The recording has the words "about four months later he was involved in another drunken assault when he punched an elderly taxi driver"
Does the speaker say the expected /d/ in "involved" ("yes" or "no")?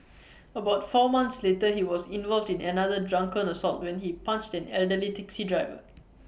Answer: yes